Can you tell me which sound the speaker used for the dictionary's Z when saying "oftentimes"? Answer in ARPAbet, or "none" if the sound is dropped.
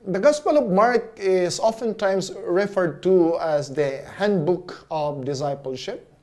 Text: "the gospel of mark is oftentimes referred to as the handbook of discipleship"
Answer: S